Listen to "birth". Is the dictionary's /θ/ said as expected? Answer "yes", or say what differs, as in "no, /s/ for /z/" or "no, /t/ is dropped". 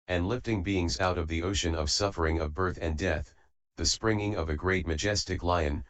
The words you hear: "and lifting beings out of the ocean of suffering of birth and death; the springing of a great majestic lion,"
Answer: yes